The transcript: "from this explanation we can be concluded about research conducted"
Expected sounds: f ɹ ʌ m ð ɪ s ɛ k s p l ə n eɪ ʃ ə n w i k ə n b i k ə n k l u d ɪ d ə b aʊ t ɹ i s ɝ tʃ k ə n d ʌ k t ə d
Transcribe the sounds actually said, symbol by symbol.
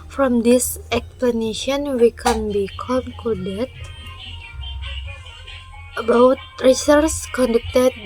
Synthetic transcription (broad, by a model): f ɹ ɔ m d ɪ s ɛ k s p l ə n eɪ ʃ ə n w i k ə n b i k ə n k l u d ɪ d ə b aʊ t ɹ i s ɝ s k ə n d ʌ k t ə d